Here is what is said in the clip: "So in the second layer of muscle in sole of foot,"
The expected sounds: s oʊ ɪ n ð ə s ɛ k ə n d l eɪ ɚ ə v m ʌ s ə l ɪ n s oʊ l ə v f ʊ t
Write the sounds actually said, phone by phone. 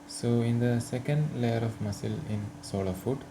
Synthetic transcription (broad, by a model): s oʊ ɪ n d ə s ɛ k ə n d l eɪ ɚ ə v m ʌ s ə l ɪ n s oʊ l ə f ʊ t